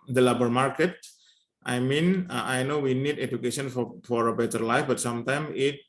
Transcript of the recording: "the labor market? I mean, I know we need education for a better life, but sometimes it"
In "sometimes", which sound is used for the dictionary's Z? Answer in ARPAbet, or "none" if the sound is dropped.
none